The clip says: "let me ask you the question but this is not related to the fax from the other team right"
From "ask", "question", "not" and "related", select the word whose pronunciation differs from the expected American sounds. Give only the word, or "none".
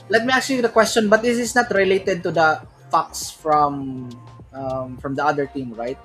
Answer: ask